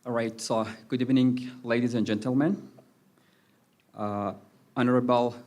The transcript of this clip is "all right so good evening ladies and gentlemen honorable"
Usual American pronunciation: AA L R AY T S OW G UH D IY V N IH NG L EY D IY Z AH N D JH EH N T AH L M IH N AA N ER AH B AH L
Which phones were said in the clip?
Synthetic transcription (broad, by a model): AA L R AY T S OW G UH D IY V N IH NG L EY D IY Z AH N JH EH N T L M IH N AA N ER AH B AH L